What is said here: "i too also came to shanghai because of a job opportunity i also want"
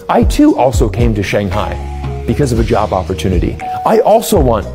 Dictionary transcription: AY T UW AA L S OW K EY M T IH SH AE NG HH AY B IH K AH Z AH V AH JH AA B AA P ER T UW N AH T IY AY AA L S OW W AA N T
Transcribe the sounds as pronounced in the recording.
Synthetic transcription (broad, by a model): AY T UW AA L S OW K EY M T IH SH AE NG HH AY B IH K AH Z AH V AH JH AA B AA P ER T UW N AH T IY AY AA L S OW W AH N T